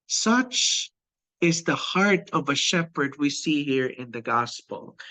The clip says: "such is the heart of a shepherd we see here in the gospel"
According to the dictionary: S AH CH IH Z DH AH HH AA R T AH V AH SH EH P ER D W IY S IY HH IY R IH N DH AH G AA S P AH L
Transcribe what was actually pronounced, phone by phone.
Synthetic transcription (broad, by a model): S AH CH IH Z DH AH HH AA R T AH V AH SH EH P ER D W IY S IY HH IY R IH N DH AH G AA S P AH L